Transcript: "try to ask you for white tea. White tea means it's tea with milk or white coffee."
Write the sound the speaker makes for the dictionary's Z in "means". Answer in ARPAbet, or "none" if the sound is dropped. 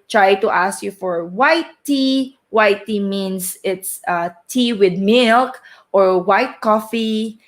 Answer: S